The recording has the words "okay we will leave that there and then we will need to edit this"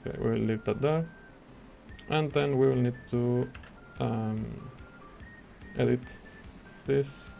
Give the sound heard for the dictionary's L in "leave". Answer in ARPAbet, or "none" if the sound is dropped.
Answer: N